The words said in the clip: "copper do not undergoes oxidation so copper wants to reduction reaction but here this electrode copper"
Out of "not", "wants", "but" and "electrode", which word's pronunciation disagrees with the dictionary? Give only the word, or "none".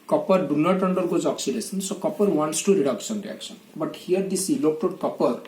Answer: electrode